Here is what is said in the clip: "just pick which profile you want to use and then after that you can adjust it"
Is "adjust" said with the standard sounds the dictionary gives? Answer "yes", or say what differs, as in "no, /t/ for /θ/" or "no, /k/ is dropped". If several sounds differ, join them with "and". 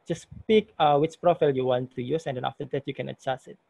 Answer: no, /t/ is dropped